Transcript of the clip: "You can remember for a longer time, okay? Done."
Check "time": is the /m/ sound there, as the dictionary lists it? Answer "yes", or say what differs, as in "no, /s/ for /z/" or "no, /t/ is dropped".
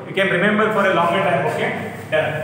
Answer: no, /m/ is dropped